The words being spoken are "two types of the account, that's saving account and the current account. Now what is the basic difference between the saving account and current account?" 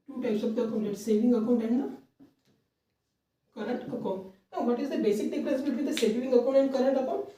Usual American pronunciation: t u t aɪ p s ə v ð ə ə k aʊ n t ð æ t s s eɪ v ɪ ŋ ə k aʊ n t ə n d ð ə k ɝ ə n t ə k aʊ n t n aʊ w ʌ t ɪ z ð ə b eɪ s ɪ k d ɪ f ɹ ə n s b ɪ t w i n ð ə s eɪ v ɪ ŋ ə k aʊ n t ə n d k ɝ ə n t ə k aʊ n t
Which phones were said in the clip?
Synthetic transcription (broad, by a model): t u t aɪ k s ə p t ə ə k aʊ n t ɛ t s s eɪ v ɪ ŋ ə k aʊ n t ə n d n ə k ɝ ə n t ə k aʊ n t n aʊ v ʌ t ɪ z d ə b eɪ s ɪ k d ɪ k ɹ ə s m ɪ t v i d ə s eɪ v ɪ ŋ ə k aʊ n t ə n d k ɝ ə n t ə k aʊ n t